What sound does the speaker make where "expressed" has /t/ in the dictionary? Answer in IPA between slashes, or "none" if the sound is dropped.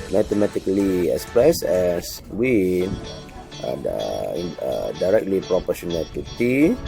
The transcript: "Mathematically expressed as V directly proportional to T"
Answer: none